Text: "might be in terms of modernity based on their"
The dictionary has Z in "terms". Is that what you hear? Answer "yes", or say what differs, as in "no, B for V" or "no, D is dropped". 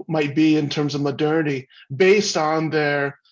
yes